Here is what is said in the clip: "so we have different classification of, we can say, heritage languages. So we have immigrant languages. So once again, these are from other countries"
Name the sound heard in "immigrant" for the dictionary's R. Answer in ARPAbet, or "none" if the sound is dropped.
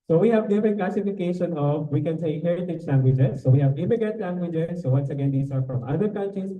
none